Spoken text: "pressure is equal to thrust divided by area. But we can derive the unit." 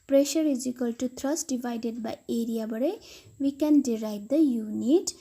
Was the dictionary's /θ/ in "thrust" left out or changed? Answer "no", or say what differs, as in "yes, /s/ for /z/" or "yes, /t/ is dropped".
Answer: yes, /t/ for /θ/